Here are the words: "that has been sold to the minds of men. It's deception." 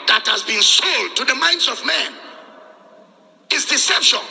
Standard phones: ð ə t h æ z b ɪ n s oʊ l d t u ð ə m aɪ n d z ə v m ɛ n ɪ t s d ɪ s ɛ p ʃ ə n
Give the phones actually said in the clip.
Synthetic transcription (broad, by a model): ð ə t h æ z b ɪ n s oʊ l d t u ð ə m aɪ n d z ə v m ɛ n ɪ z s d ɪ s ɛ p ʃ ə